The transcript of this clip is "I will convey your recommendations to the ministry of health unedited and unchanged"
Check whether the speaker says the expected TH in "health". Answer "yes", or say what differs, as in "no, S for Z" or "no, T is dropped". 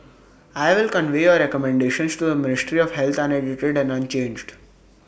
no, T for TH